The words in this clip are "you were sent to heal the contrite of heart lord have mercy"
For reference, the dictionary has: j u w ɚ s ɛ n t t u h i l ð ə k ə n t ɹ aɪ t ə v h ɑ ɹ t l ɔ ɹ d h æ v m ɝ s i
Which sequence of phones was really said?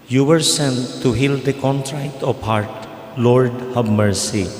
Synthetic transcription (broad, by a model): j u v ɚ s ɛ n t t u h i l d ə k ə n t ɹ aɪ t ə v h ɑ ɹ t l ɔ ɹ d h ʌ b m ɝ s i